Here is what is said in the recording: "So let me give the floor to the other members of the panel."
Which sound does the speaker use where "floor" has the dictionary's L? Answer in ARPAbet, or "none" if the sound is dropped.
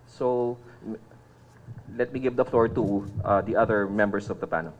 L